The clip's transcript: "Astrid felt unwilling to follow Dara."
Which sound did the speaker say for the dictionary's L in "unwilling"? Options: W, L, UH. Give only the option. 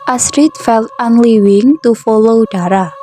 W